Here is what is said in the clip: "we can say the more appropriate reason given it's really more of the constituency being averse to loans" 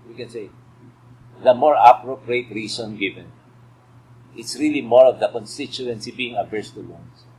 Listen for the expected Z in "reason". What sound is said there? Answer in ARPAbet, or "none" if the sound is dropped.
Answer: S